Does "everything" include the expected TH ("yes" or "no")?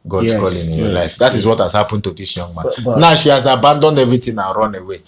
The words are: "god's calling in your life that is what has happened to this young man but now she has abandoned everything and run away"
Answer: no